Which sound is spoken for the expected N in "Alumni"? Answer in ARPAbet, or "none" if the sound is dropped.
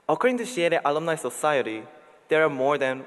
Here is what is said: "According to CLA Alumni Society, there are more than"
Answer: L